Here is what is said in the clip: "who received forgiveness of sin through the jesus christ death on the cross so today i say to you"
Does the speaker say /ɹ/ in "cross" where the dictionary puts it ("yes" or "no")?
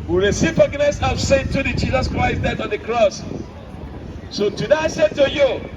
yes